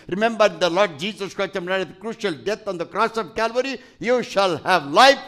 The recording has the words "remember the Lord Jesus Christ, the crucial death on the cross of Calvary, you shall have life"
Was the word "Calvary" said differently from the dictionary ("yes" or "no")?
no